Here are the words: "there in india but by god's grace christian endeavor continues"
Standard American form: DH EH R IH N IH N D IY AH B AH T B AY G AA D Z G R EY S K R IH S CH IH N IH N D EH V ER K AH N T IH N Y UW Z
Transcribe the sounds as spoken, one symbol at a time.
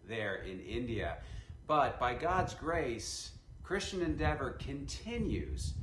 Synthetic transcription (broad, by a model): DH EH R IH N IH N D IY AH B AH T B AY G AA D Z G R EY S K R IH S CH IH N IH N D EH V ER K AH N T IH N Y UW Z